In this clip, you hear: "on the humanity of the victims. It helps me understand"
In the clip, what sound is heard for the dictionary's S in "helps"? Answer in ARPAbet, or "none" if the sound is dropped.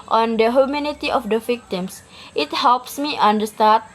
S